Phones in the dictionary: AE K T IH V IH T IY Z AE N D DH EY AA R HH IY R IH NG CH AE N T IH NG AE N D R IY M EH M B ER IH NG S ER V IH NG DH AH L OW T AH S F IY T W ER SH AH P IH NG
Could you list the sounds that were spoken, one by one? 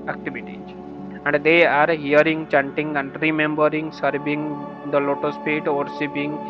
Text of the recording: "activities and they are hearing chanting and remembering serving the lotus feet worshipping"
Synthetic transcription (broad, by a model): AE K T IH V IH T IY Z AE N D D EY AA R HH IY R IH NG CH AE N T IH NG AE N D R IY M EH M B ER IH NG S ER V IH NG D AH L OW T AH S P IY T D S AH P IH NG